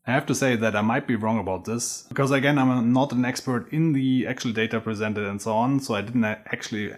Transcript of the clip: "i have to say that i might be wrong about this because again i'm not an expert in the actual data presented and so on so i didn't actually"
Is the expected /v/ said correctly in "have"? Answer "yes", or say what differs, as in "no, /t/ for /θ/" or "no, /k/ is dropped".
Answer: no, /f/ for /v/